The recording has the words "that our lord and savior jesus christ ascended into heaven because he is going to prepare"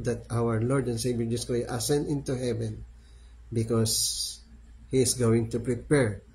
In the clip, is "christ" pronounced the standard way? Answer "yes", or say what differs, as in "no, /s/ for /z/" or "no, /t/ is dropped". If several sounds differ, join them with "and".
no, /ɹ/ is dropped and /s/ is dropped